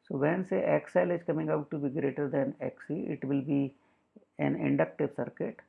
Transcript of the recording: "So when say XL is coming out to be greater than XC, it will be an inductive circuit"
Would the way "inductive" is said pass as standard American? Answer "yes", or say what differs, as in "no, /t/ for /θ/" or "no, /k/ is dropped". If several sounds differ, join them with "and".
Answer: yes